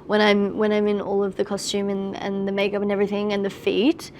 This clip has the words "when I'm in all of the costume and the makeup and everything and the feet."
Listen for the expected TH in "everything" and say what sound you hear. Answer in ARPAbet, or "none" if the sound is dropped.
TH